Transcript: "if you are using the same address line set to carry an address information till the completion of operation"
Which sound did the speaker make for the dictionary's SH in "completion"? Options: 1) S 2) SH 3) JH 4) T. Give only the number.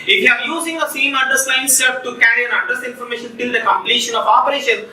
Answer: 2